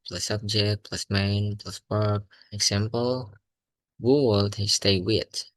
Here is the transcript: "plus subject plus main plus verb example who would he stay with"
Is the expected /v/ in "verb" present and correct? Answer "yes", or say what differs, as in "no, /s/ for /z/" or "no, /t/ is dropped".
no, /p/ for /v/